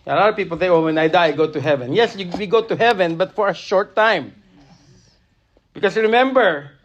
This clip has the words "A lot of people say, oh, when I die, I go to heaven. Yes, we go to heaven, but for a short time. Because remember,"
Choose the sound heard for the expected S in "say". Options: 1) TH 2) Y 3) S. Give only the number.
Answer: 1